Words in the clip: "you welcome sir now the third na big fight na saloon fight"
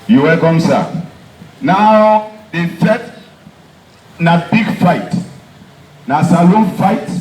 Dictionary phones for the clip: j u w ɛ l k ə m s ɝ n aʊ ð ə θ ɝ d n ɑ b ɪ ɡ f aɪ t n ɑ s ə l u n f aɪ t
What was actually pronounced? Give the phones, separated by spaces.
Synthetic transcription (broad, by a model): j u w ɛ l k ə m s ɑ n aʊ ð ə f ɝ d n ɑ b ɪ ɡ f aɪ t n ɑ s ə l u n f aɪ t